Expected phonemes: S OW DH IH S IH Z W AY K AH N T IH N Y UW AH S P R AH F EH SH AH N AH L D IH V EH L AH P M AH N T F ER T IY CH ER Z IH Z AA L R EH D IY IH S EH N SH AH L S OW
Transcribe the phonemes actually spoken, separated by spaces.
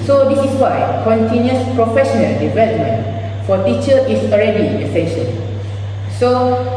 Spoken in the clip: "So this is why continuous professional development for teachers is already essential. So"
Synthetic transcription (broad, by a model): S OW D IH S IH S W AY K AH N T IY N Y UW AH S P R AH F EH SH AH N AH L D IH V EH L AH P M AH N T F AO T IY CH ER IH S AA L R EH D IY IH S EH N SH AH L S OW